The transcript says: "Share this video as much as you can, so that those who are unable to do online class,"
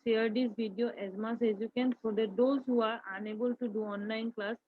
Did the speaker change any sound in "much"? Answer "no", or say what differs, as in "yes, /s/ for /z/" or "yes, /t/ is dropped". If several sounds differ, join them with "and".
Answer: yes, /s/ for /tʃ/